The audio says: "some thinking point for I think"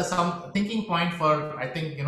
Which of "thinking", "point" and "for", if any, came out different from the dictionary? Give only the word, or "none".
thinking